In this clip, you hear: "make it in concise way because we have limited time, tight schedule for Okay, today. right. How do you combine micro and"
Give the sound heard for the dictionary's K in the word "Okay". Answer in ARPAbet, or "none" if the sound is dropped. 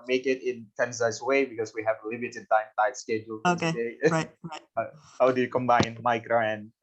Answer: none